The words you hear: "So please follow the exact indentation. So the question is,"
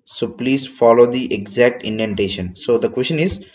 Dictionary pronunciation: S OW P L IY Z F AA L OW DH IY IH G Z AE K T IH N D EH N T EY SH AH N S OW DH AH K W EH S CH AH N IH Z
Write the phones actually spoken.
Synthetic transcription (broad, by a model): S OW P L IY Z F AA L OW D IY IH G Z AE K T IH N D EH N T EY SH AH N S OW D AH K W EH S CH AH N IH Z